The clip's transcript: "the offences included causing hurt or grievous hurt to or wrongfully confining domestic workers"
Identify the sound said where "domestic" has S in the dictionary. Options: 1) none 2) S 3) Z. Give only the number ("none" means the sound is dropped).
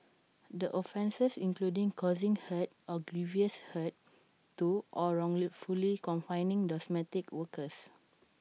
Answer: 1